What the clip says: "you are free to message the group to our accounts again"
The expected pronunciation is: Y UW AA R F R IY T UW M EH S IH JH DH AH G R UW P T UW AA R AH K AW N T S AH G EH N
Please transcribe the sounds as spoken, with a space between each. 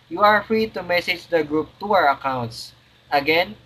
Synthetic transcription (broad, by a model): Y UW AA R F R IY T UW M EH S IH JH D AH G R UW P T UW AA R AH K AW N T S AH G EH N